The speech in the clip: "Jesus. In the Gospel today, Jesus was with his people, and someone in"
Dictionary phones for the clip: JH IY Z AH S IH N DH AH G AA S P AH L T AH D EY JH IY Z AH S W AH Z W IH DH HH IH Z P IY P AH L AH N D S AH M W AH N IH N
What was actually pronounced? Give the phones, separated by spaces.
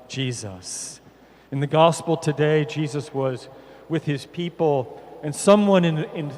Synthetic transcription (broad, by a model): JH IY Z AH S IH N DH AH G AA S P L T AH D EY JH IY Z AH S W AH Z W IH DH IH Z P IY P L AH N S AH M W AH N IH N